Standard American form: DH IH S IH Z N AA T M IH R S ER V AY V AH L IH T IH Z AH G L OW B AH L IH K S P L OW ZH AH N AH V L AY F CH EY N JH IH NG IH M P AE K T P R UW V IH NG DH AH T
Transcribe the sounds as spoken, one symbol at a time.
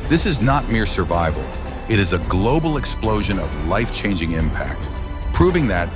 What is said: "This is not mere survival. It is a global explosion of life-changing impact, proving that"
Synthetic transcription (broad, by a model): DH IH S IH Z N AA T M IH R S ER V AY V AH L IH T IH Z AH G L OW B L IH K S P L OW ZH AH N AH V L AY F CH EY N JH IH NG IH M P AE K T P R UW V IH NG DH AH T